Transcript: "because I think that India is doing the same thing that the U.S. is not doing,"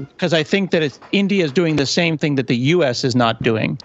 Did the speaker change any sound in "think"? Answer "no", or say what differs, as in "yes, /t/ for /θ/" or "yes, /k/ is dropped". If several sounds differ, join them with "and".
no